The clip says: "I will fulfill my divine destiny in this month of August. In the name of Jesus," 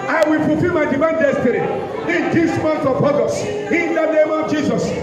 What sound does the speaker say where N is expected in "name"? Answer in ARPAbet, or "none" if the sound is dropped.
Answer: N